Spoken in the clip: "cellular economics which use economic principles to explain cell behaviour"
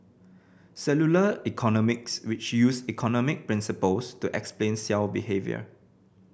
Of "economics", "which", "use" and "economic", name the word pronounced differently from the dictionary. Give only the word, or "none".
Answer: none